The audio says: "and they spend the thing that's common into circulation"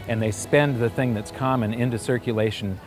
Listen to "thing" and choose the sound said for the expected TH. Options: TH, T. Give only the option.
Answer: TH